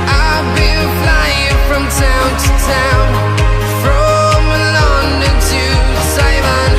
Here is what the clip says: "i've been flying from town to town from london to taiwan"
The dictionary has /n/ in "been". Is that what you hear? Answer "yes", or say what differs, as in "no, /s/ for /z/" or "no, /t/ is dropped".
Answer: no, /l/ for /n/